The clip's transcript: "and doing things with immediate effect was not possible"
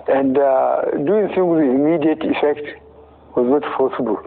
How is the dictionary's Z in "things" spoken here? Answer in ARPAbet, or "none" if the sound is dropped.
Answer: none